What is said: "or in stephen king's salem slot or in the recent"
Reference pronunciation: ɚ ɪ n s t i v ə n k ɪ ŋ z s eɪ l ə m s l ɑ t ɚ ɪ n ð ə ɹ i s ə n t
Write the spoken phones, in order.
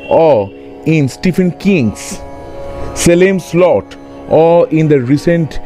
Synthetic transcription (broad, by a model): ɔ ɪ n s t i f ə n k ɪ ŋ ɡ s eɪ l ə m s l ɑ t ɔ ɪ n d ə ɹ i s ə n t